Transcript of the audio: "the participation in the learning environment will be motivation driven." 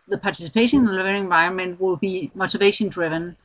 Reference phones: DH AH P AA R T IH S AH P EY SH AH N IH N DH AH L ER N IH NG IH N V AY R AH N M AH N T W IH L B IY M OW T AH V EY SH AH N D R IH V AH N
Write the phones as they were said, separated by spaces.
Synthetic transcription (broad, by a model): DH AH P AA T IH S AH P EY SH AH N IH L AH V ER IH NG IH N V AY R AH N M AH N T W IH L B IY M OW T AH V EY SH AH N D R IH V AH N